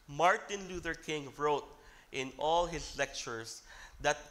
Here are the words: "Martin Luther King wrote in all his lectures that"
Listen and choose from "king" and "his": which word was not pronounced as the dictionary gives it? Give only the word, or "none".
his